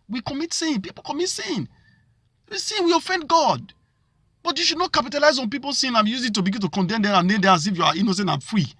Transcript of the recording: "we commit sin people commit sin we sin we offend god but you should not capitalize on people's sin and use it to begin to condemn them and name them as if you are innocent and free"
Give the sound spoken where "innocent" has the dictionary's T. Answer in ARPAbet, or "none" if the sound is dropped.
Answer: none